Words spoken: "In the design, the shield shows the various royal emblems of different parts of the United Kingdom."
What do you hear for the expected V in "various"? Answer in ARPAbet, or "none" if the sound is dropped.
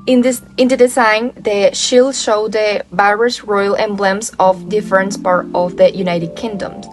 B